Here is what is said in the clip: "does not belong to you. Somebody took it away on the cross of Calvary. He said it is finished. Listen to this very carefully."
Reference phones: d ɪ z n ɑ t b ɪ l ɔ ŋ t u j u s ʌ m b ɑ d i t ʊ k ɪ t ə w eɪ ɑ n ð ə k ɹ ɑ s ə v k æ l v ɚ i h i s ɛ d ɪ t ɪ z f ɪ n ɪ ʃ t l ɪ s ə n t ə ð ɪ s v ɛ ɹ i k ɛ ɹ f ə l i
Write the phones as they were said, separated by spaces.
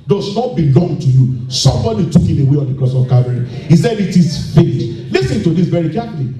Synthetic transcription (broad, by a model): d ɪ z n ɑ t b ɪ l ɔ ŋ t u j u s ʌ m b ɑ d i t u k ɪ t ə w eɪ ɑ n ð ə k ɑ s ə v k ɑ v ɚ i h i s ɛ d ɪ t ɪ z f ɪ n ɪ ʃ l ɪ s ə n t ə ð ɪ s v ɛ ɹ i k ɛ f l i